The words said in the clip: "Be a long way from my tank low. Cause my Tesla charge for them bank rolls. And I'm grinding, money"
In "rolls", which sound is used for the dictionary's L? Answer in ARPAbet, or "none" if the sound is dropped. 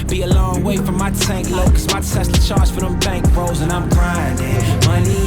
none